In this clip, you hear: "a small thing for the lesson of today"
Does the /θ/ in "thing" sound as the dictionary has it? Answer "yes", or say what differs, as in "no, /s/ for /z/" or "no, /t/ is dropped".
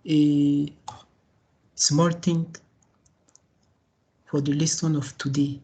no, /t/ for /θ/